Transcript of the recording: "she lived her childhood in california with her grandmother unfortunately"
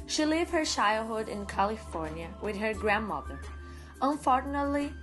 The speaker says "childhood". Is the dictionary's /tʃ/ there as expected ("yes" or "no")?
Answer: no